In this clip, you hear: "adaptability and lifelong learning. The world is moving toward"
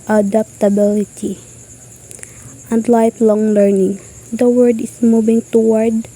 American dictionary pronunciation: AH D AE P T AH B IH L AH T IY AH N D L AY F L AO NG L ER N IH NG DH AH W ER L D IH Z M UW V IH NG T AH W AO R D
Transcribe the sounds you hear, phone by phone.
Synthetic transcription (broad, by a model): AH D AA P T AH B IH L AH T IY AH N D L AY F L AO NG L ER N IH NG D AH W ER D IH S M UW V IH NG T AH W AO R D